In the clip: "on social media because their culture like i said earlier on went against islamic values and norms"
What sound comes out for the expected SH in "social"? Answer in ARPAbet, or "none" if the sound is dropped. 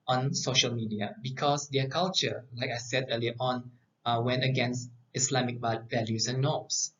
SH